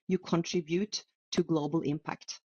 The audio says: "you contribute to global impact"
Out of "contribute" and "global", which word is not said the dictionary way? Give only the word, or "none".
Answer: none